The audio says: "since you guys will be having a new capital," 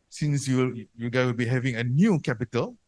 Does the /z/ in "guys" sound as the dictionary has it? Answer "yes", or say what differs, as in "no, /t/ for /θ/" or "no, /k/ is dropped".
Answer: no, /z/ is dropped